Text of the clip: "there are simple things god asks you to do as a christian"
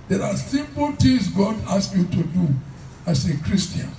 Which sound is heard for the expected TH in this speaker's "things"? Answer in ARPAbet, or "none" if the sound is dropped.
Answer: T